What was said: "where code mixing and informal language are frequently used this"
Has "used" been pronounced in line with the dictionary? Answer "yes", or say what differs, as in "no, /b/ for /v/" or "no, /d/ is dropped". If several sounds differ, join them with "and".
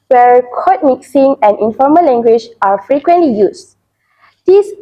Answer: no, /s/ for /z/